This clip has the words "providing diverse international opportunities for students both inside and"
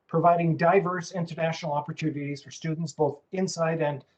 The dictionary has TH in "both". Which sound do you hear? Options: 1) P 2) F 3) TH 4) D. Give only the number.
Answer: 3